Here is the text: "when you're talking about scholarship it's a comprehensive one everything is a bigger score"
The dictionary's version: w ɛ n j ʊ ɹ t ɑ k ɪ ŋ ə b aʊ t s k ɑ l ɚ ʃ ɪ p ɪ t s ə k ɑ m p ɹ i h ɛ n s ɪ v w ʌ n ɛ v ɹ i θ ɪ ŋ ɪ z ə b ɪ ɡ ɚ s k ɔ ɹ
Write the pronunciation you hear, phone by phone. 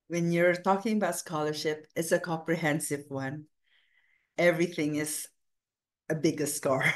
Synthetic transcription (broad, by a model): w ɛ n j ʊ ɹ t ɑ k ɪ ŋ ə b aʊ t s k ɑ l ɚ ʃ ɪ p ɪ t s ə k ɑ m p ɹ i h ɛ n s ɪ v w ʌ n ɛ v ɹ i θ ɪ ŋ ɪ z ə b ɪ ɡ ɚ s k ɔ ɹ